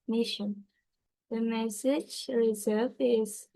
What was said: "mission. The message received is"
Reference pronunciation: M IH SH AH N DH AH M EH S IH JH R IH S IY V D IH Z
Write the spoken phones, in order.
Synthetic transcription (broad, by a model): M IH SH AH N DH AH M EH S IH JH R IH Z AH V IH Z